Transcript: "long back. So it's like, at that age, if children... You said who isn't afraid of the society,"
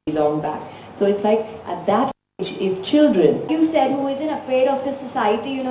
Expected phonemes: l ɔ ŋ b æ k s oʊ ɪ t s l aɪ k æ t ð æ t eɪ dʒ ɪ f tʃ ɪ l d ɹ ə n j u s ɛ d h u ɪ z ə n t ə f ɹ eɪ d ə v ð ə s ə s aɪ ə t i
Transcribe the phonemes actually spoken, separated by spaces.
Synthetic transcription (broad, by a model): l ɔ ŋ b æ k s oʊ ɪ t s l aɪ k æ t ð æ t eɪ dʒ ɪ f tʃ ɪ l d ɹ ə n j u s ɛ d h u ɪ z ə n t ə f eɪ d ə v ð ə s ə s aɪ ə t i